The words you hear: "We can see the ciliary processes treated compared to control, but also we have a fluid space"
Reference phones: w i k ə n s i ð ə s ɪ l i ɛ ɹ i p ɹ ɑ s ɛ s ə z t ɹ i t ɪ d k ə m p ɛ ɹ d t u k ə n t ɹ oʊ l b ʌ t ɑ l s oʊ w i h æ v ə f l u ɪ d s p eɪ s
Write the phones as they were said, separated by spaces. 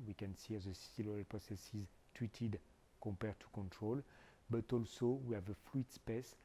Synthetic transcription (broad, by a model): w i k ə n s i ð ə s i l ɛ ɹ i p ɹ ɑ s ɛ s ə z t w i t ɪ d k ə p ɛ ɹ t u k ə n t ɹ oʊ l b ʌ t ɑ l s oʊ w i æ v ə f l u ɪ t s p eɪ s